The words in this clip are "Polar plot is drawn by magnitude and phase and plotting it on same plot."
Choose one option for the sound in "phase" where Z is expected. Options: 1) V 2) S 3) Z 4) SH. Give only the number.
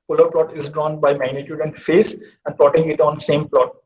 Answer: 2